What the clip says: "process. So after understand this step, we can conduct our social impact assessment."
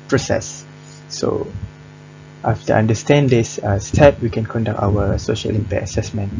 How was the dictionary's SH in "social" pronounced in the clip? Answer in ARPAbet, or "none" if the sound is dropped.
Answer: SH